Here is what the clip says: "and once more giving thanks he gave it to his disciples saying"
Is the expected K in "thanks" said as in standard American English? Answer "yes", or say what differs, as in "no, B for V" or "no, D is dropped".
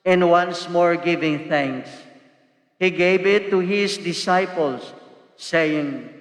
yes